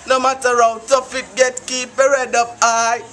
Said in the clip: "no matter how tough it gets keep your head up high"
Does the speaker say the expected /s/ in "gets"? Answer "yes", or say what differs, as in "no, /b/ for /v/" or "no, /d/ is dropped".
no, /s/ is dropped